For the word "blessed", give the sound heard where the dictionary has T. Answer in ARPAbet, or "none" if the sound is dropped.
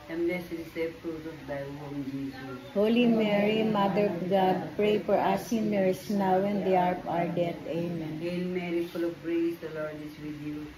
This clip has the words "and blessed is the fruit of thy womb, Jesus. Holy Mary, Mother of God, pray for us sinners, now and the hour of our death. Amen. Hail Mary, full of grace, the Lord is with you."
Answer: none